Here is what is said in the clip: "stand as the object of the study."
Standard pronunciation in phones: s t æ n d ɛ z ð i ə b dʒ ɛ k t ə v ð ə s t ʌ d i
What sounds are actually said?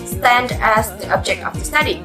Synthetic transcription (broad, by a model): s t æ n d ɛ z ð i ə b dʒ ɛ k t ə v ð ə s t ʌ d i